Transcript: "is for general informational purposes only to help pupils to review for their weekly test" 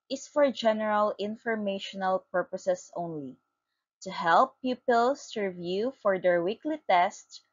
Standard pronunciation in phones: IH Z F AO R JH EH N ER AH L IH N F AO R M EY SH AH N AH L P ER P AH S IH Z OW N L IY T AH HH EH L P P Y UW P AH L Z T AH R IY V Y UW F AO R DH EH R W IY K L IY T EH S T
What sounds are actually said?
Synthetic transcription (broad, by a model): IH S F AO R JH EH N ER AH L IH N F AO R M EY SH AH N AH L P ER P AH S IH S OW N L IY T AH HH EH L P P Y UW P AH L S R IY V Y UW F AO R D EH R W IY K L IY T EH S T